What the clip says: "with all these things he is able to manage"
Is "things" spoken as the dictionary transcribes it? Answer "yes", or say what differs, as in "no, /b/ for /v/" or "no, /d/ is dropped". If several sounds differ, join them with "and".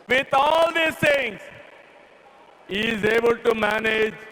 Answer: no, /t/ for /θ/